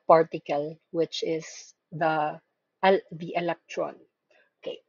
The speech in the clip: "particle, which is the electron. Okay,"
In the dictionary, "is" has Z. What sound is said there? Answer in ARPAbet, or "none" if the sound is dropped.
S